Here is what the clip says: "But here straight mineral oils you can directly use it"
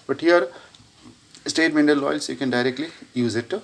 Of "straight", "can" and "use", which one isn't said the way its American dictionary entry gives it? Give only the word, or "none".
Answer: straight